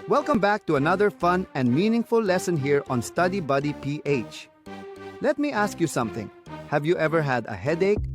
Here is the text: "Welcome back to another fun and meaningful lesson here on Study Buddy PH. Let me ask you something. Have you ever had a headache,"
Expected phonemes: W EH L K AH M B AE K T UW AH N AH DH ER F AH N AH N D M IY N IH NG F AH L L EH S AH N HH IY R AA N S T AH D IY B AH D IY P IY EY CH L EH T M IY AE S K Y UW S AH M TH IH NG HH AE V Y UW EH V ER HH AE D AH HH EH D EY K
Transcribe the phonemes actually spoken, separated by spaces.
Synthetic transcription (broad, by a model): W EH L K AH M B AE K T UW AH N AH DH ER F AH N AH N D M IY N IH NG F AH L L EH S AH N HH IY R AA N S T AH D IY B AH D IY P IY EY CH L EH T M IY AE S K Y UW S AH M TH IH NG HH AE V Y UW EH V ER HH AE D AH HH EH D EY K